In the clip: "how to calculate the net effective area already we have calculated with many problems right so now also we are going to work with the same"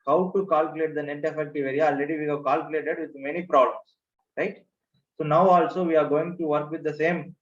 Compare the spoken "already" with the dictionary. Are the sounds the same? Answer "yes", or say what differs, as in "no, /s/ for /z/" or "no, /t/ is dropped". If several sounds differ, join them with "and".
no, /ɹ/ is dropped